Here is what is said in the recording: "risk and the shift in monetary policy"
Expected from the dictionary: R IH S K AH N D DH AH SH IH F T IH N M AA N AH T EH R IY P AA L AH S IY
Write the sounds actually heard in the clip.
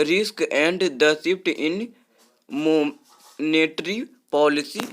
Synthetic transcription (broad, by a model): R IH S K AH N D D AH S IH P T IH N M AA N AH T R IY P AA L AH S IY